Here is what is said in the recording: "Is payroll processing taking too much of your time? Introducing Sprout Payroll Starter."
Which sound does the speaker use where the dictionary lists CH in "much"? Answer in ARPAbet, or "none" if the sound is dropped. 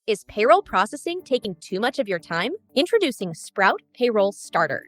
CH